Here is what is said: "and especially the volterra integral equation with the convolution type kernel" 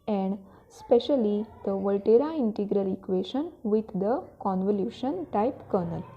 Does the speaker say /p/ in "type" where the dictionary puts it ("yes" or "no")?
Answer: yes